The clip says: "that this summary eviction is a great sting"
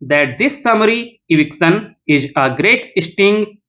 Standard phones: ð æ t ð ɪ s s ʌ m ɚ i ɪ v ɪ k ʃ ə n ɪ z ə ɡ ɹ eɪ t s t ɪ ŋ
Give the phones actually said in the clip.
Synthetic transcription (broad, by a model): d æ t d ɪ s s ʌ m ɚ i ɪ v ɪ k s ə n ɪ z ə ɡ ɹ eɪ t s t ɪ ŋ